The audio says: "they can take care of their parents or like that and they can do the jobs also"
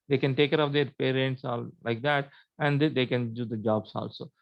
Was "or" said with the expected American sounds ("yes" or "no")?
no